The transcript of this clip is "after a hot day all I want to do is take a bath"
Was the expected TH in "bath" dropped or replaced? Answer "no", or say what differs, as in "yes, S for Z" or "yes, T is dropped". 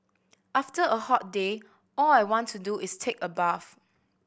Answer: yes, F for TH